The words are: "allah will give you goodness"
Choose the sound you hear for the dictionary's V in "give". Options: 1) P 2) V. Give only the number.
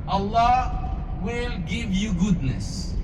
2